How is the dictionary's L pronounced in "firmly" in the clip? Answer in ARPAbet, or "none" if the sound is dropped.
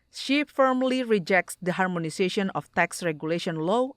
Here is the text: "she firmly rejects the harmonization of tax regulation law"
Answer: L